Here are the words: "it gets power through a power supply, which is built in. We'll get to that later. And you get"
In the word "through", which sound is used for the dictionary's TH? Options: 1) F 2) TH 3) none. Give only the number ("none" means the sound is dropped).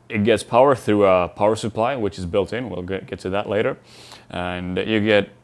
2